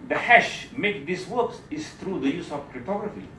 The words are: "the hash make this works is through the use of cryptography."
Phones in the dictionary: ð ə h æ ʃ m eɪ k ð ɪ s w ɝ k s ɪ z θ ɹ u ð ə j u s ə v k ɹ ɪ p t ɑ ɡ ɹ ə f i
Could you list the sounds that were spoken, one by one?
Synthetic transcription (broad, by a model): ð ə h æ ʃ m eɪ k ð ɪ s w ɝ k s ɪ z θ ɹ u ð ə j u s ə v k ɹ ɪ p t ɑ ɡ ɹ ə f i